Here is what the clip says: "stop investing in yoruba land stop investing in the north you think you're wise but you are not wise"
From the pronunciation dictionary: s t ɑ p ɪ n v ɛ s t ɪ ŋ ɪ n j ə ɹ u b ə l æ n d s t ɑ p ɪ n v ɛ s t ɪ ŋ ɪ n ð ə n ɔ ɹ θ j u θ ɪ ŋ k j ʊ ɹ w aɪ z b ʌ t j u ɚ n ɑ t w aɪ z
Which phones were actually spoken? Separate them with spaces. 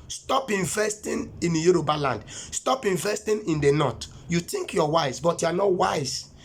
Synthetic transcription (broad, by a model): s t ɑ p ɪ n v ɛ s t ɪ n ɪ n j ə ɹ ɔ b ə l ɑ n d s t ɑ p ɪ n v ɛ s t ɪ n ɪ n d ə n ɔ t j u t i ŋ k j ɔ w aɪ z b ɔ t j u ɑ n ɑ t w aɪ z